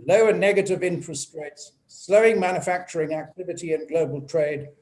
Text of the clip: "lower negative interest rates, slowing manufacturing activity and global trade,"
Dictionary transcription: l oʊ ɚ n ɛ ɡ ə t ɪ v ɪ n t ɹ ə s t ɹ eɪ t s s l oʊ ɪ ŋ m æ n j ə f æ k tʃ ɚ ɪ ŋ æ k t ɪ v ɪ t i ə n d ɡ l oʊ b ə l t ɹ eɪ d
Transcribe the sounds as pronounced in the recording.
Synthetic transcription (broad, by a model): l oʊ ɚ n ɛ ɡ ə t ɪ v ɪ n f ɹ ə s t ɹ eɪ t s s l oʊ ɪ ŋ m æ n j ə f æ k tʃ ɚ ɪ ŋ æ k t ɪ v ɪ t i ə n ɡ l oʊ b ə l t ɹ eɪ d